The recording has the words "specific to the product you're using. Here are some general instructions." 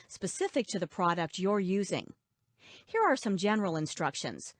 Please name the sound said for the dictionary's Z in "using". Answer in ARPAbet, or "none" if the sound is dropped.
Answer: Z